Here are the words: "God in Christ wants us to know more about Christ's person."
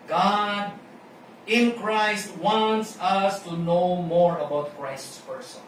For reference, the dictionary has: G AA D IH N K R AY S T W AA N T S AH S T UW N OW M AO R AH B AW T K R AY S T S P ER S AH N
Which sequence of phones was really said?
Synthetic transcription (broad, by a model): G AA D IH N K R AY S T W AA N T S AH S T UW N OW M AO R AH B AW T K R AY S T S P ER S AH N